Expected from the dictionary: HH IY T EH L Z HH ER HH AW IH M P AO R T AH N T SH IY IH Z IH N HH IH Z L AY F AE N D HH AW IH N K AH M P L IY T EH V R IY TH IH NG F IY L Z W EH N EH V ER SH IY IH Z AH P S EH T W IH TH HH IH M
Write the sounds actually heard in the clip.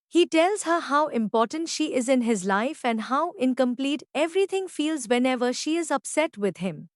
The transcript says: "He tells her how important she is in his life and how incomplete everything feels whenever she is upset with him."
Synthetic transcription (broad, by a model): HH IY T EH L Z HH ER HH AW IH M P AO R T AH N T SH IY IH Z IH N HH IH Z L AY F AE N D HH AW IH N K AH M P L IY T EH V R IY T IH NG F IY L Z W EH N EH V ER SH IY IH Z AH P S EH T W IH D HH IH M